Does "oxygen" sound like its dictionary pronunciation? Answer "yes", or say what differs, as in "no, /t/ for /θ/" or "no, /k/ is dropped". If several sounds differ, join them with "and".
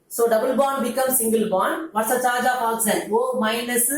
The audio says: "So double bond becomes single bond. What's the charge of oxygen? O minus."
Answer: no, /l/ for /n/